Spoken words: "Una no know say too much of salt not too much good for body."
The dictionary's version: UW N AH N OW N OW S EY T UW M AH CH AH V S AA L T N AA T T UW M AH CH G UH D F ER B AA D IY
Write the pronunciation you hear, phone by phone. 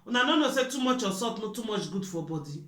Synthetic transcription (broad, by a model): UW N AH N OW N OW S EY T UW M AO CH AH S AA T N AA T T UW M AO CH G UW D F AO B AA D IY